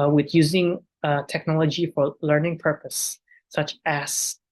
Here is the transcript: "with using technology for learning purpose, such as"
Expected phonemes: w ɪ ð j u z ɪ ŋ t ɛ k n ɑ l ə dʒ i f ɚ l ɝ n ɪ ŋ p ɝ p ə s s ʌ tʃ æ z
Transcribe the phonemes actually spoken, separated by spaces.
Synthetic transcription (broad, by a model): w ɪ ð j u z ɪ ŋ t ɛ k n ɑ l ə dʒ i f ɚ l ɝ n ɪ ŋ p ɝ p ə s s ʌ tʃ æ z